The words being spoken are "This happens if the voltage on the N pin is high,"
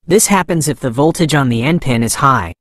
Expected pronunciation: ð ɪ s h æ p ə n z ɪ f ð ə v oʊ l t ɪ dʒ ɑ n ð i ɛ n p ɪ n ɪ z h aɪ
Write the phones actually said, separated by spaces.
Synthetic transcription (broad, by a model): ð ɪ s h æ p ə n z ɪ f ð ə v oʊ l t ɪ dʒ n ð i ɛ n p ɪ n ɪ z h aɪ